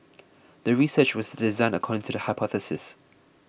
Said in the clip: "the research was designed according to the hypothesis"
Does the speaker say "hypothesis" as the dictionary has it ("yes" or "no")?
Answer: yes